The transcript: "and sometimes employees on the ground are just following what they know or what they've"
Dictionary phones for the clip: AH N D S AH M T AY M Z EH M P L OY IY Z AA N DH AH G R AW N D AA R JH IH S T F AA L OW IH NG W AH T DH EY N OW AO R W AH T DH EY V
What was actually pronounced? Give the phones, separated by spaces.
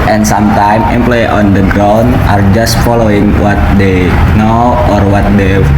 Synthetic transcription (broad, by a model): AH N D S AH M T AY M EH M P L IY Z AA N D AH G R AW N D AA R JH IH S T F AA L OW IH NG W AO T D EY N OW AO R W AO T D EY